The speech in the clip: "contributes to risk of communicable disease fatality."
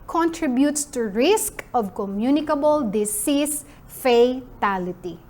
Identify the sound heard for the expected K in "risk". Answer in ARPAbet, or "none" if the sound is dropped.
K